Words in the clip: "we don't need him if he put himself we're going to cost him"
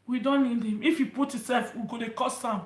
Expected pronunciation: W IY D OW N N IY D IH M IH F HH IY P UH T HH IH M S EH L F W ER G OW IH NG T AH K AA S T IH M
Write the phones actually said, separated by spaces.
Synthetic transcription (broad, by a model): W IY D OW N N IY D IH M IH F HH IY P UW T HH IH S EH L F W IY G OW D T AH K AA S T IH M